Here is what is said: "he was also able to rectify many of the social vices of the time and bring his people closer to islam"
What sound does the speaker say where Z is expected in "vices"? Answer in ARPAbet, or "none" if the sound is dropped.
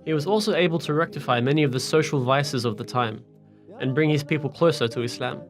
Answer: Z